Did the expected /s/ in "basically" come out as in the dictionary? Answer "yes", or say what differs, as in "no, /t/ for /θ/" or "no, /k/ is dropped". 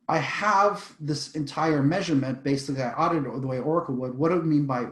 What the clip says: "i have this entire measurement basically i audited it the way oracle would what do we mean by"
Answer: no, /s/ is dropped